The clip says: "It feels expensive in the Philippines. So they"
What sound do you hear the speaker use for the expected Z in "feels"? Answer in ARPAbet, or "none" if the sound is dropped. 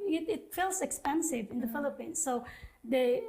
S